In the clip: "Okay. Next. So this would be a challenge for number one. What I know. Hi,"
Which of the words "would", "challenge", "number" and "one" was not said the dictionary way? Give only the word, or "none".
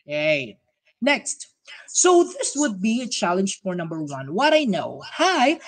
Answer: none